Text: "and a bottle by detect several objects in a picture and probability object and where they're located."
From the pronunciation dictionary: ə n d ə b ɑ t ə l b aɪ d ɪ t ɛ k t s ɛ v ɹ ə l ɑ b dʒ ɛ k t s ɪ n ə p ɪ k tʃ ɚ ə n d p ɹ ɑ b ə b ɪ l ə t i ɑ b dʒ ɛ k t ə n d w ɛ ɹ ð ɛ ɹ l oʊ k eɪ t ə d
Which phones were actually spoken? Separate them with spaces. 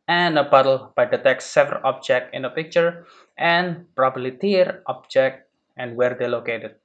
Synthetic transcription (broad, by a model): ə n ə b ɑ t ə l b aɪ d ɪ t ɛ k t s ɛ v ɹ ə l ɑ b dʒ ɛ k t ɪ n ə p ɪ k tʃ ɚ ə n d p ɹ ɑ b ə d l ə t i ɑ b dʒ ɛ k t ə n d w ɛ ɹ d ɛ l oʊ k eɪ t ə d